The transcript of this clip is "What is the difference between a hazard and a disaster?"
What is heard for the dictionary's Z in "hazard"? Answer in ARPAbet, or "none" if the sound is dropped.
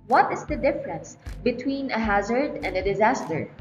Z